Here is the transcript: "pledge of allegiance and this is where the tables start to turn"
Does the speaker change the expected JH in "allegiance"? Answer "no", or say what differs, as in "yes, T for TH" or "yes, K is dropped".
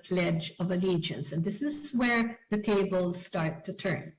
no